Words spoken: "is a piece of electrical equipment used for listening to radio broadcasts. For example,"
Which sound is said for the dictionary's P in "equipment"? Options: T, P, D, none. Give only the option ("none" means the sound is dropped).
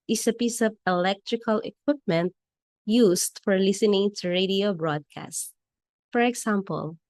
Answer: P